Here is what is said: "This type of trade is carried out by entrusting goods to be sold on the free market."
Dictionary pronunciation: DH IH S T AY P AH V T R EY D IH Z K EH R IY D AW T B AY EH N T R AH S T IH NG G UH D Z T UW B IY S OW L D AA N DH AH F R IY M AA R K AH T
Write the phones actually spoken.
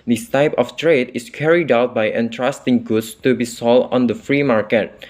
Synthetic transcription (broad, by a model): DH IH S T AY P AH F T R EY D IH S K EH R IY D AW T B AY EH N T R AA S T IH NG G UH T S T UW B IY S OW L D AA N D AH F R IY M AA R K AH T